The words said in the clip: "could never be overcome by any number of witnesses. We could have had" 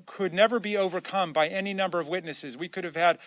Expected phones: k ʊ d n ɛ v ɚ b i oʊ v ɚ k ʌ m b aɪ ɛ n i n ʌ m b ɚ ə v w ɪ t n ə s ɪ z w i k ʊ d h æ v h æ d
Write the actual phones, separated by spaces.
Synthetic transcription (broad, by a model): k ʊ d n ɛ v ɚ b i oʊ v ɚ k ʌ m b aɪ ɛ n i n ʌ m b ɚ ə v w ɪ t n ə s ɪ z w i k ʊ d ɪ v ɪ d